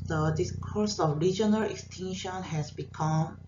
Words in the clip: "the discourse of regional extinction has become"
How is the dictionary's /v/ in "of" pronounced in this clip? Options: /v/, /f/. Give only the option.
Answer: /f/